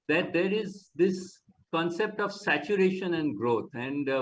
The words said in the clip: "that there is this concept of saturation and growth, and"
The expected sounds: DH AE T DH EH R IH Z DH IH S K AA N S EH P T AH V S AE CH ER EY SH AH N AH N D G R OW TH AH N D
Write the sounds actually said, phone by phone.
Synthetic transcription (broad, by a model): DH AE T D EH R IH Z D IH S K AA N S EH P T AH V S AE CH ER EY SH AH N AH N D G R OW T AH N D